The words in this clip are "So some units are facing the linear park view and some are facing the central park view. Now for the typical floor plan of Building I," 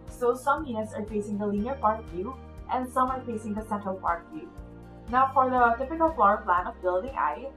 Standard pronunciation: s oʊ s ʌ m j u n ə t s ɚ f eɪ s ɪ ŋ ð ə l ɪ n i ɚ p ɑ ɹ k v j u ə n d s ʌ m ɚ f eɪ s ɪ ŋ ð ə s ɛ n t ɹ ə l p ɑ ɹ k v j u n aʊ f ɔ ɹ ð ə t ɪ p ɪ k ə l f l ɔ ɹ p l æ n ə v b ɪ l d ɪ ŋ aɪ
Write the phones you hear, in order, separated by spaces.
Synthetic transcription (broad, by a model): s oʊ s ʌ m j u ə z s ɚ f eɪ s ɪ ŋ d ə l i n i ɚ p ɑ ɹ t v j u ə n d s ʌ m ɚ f eɪ s ɪ ŋ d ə s ɛ n t ɹ ə l p ɑ ɹ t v j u n aʊ f ɔ ɹ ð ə t ɪ p ɪ k ə l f l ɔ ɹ p l æ n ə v b ɪ l d ɪ ŋ aɪ